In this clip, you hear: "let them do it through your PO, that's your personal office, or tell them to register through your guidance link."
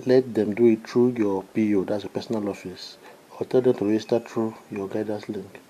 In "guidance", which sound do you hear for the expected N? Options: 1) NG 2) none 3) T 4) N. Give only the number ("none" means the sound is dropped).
2